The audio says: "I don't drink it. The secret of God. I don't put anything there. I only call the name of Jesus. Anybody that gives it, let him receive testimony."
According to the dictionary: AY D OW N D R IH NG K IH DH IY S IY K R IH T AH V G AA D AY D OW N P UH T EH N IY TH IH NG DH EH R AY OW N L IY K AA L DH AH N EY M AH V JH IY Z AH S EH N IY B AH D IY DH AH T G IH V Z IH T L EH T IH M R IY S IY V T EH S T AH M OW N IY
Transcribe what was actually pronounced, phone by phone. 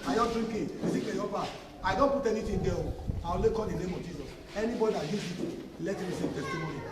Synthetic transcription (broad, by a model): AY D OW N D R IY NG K IH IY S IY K IH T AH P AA AY D OW N P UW T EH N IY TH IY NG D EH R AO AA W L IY K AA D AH N EY M AH V JH IY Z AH S EH N IY B AH D IY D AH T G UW Z IH T L EH T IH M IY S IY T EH S T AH M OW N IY